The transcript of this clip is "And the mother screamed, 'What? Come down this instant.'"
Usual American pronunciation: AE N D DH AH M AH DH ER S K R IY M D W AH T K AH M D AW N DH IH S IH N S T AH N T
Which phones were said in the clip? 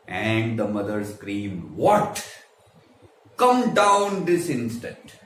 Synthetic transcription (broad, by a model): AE N D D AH M AH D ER S K R IY M D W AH T K AH M D AW N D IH S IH N S T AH N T